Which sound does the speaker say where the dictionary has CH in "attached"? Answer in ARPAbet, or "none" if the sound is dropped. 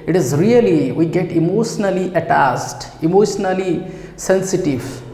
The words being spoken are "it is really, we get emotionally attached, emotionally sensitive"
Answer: S